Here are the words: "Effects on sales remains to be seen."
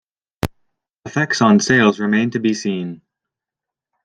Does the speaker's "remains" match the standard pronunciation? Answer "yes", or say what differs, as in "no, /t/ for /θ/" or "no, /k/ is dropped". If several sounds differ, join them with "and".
no, /z/ is dropped